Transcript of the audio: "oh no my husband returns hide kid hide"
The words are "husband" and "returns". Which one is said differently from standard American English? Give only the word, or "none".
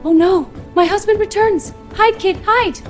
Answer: none